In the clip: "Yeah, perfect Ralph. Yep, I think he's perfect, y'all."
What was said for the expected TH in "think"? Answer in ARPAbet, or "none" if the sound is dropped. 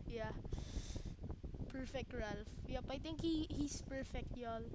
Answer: T